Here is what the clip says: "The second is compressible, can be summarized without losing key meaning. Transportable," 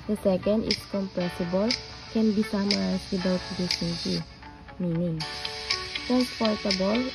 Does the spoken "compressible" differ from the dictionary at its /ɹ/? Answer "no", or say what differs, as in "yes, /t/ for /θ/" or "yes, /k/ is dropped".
yes, /ɹ/ is dropped